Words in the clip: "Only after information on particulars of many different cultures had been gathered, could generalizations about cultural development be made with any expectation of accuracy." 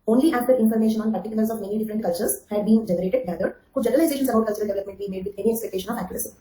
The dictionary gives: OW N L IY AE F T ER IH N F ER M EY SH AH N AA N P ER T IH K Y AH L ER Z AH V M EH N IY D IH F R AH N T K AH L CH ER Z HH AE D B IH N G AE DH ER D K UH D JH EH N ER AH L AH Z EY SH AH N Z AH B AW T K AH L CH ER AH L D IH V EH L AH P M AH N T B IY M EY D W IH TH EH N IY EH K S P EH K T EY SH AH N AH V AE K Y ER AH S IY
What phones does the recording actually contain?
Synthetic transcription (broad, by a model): OW N L IY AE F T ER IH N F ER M EY SH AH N AA N P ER T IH K Y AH L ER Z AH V M EH N IY D IH F R AH N T K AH L CH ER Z HH AE D B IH N G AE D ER D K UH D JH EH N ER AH L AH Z EY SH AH N S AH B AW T K AH L CH ER AH L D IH V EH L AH P M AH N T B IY M EY D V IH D EH N IY EH K S P EH K T EY SH AH N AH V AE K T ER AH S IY